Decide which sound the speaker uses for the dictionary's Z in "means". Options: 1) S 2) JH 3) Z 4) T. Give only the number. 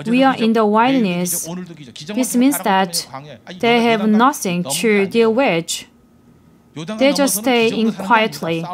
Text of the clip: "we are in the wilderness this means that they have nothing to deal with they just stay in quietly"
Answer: 1